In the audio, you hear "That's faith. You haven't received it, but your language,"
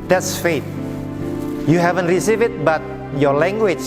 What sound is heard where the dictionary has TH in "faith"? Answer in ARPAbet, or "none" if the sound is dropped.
T